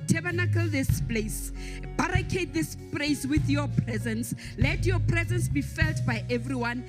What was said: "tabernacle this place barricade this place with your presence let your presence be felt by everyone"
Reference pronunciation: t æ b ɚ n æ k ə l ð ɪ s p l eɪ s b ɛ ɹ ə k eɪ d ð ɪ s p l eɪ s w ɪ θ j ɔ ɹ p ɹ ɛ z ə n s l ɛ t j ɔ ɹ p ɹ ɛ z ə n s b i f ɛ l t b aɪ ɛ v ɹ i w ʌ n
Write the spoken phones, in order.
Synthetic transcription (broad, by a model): t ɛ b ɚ n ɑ k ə l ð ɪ s p l eɪ s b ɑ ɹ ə k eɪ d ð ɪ s p l eɪ s w ɪ θ j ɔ p ɹ ɛ z ə n s l ɛ t j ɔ p ɹ ɛ z ə n s b i f ɛ l t b aɪ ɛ v ɹ i w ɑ n